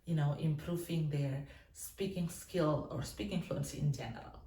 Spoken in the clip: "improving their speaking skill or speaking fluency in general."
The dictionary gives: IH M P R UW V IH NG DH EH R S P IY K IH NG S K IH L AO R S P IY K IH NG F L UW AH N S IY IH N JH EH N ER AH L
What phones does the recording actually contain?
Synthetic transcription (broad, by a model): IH M P R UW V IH NG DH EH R S P IY K IH NG S K IH L AO R S P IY K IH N F L UW AH N S IY IH N JH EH N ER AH L